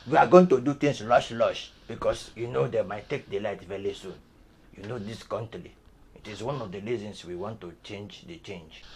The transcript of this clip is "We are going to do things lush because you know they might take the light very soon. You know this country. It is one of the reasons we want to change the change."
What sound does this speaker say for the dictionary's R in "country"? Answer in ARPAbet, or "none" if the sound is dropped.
L